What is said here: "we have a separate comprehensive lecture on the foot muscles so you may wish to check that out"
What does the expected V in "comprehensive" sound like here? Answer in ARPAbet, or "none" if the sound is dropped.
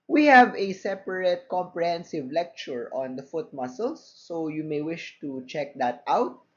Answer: V